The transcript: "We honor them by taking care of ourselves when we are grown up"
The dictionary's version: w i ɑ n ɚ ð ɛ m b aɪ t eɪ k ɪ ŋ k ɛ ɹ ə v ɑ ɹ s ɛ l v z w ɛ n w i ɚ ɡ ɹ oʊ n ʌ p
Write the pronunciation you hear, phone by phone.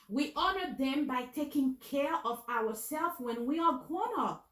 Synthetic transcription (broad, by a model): w i ɑ n ɚ ð ɛ m b aɪ t eɪ k ɪ ŋ k ɛ ɹ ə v ɑ ɹ s ɛ l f w ɛ n w i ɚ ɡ oʊ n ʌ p